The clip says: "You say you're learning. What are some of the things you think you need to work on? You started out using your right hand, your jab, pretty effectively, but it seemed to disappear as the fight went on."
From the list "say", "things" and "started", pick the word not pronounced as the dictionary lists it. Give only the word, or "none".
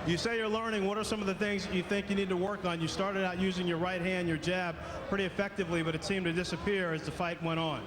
none